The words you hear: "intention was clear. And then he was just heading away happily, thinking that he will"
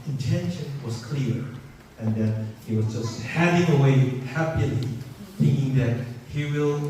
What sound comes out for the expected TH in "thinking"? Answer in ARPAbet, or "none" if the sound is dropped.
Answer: TH